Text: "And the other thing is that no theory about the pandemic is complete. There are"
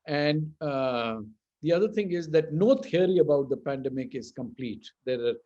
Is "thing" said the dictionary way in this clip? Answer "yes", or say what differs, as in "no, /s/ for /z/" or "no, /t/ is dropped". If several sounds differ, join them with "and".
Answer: no, /t/ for /θ/